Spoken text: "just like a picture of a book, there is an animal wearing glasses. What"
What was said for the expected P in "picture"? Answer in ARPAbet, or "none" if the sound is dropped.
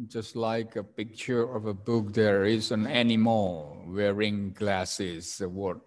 P